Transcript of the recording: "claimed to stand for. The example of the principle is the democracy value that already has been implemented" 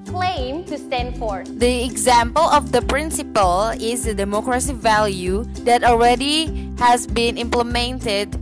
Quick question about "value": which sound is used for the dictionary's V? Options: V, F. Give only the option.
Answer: V